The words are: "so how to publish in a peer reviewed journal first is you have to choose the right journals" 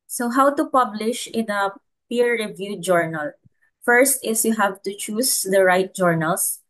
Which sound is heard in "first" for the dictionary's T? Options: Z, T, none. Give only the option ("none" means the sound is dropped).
T